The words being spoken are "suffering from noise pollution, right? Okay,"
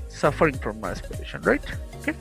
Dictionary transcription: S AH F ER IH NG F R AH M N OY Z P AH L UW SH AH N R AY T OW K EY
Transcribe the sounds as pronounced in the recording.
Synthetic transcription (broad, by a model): S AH F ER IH NG F R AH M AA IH S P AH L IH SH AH N R AY T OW K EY